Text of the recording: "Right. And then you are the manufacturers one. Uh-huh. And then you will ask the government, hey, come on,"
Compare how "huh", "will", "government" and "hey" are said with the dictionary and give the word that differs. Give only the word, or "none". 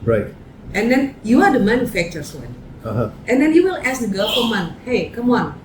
government